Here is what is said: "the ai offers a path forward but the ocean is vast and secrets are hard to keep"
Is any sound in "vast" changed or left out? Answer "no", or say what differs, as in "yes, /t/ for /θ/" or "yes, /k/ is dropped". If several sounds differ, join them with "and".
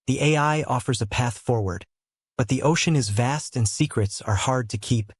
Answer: no